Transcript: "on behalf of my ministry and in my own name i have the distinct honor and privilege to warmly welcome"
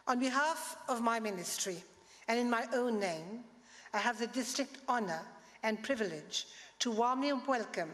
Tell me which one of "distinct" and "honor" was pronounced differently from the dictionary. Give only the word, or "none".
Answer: distinct